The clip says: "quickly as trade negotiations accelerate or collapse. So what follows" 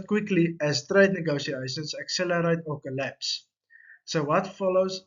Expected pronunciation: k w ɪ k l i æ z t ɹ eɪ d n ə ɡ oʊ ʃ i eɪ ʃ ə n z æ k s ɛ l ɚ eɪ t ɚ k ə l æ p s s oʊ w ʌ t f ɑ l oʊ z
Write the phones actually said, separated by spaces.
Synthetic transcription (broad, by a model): k w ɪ k l i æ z t ɹ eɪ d n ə ɡ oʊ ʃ i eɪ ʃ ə n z æ k s ɛ l ɚ eɪ t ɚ k ə l æ p s s oʊ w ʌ t f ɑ l oʊ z